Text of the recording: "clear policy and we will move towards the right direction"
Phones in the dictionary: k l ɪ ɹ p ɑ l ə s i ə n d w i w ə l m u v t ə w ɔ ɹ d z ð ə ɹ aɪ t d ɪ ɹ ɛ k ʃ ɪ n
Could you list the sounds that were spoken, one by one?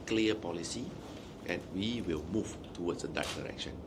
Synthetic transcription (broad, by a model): k l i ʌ p ɑ l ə s i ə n w i w ə l m u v t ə w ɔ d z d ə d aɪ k d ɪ ɹ ɛ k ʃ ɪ n